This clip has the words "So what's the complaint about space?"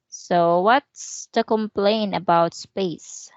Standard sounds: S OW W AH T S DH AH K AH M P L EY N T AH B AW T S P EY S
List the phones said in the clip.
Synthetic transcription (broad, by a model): S OW W AH T S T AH K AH M P L EY N AH B AW T S P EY S